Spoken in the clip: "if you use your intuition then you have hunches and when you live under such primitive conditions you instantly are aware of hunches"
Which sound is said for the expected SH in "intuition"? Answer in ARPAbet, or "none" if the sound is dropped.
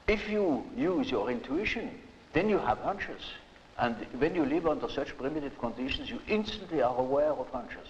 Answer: SH